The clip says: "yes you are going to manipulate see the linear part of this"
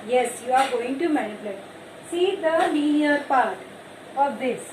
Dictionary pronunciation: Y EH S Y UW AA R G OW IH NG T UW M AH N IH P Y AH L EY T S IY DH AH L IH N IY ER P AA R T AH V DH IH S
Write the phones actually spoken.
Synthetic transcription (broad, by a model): Y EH S Y UW AA R G OW IH NG T UW M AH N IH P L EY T S IY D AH N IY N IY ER P AA R T AH V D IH S